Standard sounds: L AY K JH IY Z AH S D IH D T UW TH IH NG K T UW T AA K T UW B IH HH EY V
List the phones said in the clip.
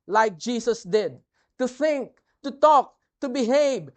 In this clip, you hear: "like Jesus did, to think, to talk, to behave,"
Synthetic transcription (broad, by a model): L AY K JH IY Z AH S D IH D T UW TH IH NG K T UW T AA K T UW B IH HH EY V